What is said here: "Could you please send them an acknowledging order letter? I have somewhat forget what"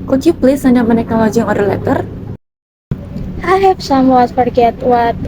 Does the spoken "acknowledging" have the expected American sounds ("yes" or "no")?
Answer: no